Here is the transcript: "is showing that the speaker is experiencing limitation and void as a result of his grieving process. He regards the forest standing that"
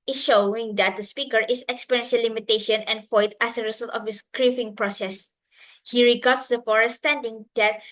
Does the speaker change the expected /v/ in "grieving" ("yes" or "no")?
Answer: yes